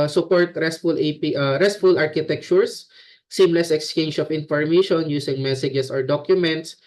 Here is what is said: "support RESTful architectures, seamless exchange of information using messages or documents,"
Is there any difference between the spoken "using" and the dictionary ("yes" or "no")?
yes